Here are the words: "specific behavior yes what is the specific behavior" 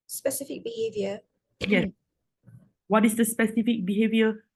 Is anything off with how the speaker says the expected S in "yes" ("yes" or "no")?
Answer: yes